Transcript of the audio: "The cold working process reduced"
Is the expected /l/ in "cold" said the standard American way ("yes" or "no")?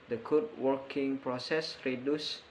no